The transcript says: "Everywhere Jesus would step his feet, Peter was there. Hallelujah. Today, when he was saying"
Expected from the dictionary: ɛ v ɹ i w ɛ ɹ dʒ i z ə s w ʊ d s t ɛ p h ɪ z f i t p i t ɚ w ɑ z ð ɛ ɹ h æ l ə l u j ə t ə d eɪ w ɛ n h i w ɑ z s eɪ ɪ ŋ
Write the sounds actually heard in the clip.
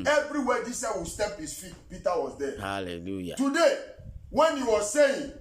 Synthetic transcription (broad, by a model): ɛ v ɹ i w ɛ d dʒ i s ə w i s t ɛ p h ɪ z f i t p i t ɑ w ɑ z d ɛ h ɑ l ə l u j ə t ə d eɪ w ɛ n h i w ɑ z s eɪ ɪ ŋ